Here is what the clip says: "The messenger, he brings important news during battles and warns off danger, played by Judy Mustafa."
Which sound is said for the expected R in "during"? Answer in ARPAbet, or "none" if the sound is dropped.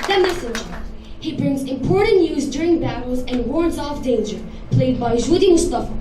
R